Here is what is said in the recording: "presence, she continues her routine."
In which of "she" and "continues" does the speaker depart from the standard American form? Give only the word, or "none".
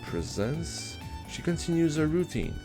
none